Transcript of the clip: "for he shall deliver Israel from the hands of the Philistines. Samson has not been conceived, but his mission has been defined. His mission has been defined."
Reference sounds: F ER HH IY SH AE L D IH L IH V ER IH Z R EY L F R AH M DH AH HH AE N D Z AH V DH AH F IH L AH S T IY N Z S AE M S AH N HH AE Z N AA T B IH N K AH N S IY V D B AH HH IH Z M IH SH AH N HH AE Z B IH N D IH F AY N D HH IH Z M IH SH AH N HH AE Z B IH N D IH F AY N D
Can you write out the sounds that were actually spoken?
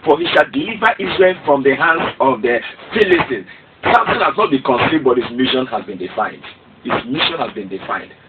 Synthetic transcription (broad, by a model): F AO HH IY SH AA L D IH L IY V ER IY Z R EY L F R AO M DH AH HH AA N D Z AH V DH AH F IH L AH S T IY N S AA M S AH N HH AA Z N AA T B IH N K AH N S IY D B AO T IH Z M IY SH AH N HH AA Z B IH N D IH F AY N D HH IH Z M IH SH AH N HH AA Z B IH N D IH F AY N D